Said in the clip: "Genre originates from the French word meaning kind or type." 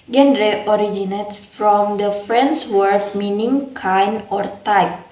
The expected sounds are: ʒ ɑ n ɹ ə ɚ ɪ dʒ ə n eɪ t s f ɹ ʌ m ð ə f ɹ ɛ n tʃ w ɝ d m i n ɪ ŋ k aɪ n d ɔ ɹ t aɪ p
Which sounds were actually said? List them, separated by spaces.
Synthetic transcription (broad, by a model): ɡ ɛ n ɹ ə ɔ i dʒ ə n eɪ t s f ɹ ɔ m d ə f ɹ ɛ n s w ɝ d m i n ɪ ŋ k aɪ n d ɔ ɹ t aɪ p